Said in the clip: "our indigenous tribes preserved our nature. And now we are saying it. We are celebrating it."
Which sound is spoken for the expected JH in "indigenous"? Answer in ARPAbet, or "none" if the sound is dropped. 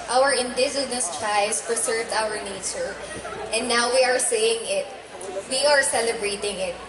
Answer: Z